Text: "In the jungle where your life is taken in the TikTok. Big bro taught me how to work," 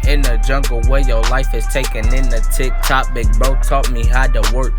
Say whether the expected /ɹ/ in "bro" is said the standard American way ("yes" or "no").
no